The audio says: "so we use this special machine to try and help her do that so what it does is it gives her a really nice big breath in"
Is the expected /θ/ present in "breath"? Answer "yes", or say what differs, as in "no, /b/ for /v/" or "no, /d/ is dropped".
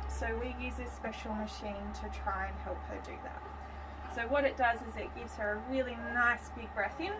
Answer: yes